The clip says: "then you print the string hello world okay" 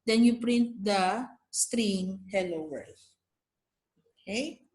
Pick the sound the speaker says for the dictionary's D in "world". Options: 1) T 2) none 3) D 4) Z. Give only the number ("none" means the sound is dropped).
2